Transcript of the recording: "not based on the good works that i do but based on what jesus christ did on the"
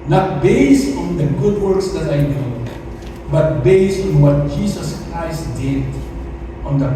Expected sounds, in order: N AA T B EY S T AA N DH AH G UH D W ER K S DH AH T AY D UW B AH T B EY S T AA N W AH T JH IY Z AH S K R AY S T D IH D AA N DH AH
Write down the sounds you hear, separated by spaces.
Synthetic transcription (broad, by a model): N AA T B EY S T AA N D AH G UH D W ER K S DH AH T AY D UW B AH T B EY S T AA N W AH T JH IY S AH S K R AY S T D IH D AA N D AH